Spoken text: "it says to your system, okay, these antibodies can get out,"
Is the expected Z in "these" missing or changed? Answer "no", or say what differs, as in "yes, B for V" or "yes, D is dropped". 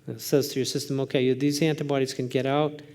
no